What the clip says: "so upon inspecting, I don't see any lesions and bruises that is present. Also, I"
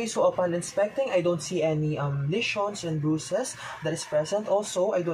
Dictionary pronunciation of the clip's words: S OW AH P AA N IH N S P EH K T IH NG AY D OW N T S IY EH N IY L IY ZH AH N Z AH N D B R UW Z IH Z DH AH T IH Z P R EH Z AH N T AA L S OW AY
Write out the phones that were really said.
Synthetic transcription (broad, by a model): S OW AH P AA L IH N S P EH K T IH NG AY D OW N T S IY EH N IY L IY SH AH N S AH N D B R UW S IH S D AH T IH S P R EH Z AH N T AA L S OW AY